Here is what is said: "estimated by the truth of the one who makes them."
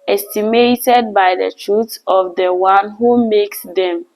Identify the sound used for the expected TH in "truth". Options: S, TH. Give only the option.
S